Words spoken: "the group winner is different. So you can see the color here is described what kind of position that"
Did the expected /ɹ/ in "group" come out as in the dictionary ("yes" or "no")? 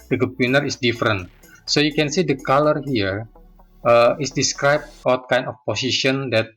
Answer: no